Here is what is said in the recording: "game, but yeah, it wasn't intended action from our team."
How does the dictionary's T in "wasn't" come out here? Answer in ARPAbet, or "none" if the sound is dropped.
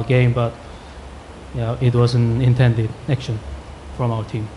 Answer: none